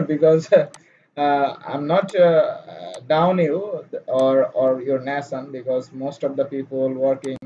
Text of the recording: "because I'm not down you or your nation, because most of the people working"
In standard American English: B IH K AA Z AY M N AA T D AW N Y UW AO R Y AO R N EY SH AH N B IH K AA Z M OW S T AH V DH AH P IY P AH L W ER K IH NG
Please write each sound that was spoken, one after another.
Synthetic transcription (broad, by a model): B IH K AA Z AY M N AA T D AW N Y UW AO R Y AO R N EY S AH N B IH K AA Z M OW S T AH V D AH P IY P AH L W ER K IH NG